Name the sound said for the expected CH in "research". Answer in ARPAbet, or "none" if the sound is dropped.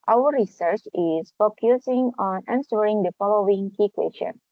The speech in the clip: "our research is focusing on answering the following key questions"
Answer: CH